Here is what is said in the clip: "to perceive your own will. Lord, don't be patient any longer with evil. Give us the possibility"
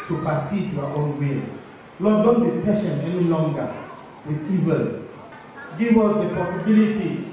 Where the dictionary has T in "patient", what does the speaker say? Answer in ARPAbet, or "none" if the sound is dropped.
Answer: none